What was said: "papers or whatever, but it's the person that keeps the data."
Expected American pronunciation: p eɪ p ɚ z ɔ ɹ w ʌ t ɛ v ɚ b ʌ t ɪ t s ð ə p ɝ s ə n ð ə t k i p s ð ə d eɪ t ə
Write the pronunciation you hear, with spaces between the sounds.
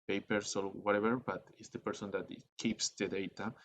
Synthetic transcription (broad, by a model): p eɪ p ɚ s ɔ l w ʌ t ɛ b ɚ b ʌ t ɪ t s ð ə p ɝ s ə n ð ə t k i p s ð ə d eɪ t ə